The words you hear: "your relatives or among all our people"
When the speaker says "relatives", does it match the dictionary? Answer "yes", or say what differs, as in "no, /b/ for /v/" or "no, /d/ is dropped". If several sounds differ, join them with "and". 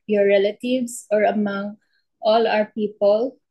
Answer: no, /s/ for /z/